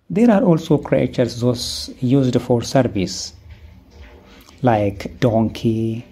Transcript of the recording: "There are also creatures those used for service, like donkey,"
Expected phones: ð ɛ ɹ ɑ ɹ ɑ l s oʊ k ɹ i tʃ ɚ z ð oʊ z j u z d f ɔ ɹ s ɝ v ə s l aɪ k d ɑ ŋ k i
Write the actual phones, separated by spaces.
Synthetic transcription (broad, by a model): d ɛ ɹ ɑ ɹ ɑ l s oʊ k ɹ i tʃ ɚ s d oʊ s j u z d f ɔ ɹ s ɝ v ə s l aɪ k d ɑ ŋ k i